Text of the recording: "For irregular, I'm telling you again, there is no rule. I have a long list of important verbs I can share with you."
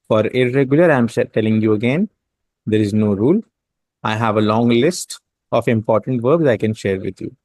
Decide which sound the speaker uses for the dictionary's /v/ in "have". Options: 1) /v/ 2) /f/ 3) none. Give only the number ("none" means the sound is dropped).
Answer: 1